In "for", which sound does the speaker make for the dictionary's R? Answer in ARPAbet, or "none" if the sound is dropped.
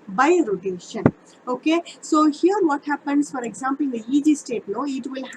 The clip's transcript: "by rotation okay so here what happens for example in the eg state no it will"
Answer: R